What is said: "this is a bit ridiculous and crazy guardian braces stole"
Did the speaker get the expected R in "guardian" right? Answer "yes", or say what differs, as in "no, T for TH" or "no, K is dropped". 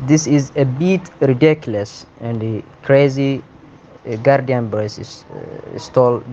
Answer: yes